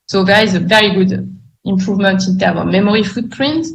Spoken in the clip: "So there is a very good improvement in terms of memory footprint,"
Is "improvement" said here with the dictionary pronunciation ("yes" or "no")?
yes